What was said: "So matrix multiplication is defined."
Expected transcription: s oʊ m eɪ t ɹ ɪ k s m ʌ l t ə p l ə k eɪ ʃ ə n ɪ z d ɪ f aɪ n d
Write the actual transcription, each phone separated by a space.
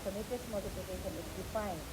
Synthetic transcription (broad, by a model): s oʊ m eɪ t ɪ s m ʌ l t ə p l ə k eɪ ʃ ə n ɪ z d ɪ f aɪ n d